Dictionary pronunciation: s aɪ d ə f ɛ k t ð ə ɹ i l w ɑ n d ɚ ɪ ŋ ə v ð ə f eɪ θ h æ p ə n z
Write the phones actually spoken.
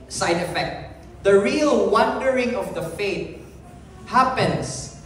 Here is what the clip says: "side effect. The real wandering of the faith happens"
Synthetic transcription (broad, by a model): s aɪ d ə f ɛ k t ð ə ɹ i l w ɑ n d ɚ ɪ ŋ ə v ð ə f eɪ t h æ p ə n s